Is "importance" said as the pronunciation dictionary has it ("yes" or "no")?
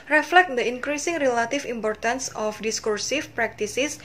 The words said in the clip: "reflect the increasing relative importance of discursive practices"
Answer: yes